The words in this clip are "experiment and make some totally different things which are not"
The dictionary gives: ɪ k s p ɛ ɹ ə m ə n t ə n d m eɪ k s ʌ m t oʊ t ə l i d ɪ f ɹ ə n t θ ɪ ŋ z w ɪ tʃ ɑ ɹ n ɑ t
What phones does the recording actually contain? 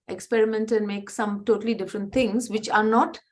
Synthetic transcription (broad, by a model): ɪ k s p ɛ ɹ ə m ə n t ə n d m eɪ k s ʌ m t oʊ t ə l i d ɪ f ɹ ə n t t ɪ ŋ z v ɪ tʃ ɑ ɹ n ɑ t